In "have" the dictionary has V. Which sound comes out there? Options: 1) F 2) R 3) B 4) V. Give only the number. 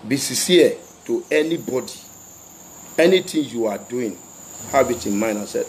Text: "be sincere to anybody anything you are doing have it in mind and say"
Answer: 3